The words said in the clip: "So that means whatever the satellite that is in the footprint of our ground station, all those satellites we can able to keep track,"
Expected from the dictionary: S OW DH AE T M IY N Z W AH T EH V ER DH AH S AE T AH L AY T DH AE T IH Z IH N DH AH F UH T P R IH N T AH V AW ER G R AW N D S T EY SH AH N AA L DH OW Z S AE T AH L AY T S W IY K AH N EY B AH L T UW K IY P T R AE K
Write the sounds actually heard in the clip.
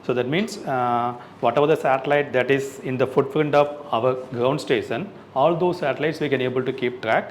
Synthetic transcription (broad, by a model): S OW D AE T M IY N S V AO T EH V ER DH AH S AE T AH L AY T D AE T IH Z IH N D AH F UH T F R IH N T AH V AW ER G R AW N D S T EY SH AH N AA L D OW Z S AE T AH L AY T S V IY K AH N EY B AH L T UW K IY P T R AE K